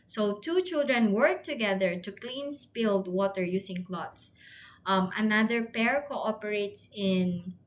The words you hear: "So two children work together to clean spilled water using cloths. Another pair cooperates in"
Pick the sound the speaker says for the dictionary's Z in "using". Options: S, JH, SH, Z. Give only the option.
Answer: S